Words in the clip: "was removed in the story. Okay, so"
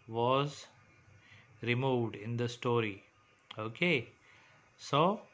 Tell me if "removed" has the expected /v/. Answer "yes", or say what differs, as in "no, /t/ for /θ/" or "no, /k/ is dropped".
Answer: yes